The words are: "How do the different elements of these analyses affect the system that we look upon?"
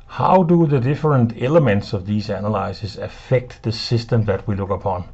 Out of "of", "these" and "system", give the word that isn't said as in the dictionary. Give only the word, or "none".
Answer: none